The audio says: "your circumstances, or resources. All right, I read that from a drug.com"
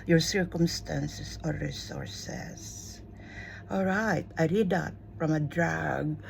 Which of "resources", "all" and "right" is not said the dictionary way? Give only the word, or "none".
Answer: resources